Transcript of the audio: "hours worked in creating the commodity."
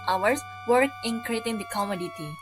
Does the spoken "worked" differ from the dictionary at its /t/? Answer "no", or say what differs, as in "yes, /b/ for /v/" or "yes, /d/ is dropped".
yes, /t/ is dropped